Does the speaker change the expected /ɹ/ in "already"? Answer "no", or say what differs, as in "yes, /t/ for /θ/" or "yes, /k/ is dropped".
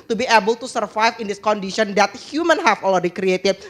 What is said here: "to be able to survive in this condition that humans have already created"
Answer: yes, /l/ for /ɹ/